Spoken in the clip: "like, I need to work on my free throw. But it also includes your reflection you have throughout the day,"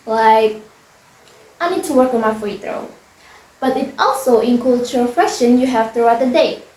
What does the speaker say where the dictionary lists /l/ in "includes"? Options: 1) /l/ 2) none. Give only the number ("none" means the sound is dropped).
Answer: 2